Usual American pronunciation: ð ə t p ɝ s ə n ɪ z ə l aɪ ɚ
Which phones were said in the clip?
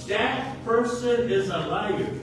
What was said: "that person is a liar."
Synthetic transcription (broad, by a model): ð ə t p ɝ s ə n ɪ z ə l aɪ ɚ